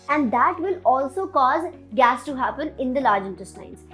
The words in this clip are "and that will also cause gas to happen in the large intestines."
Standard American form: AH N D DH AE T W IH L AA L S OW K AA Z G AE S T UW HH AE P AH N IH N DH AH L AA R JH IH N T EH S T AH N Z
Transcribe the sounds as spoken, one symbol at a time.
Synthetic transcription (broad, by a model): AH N D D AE T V IH L AA L S OW K AA Z G AE S T UW HH AE P AH N IH N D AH L AA R JH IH N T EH S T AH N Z